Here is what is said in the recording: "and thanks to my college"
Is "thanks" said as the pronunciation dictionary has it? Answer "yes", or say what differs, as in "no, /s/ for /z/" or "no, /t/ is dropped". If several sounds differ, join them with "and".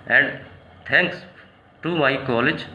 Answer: no, /t/ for /θ/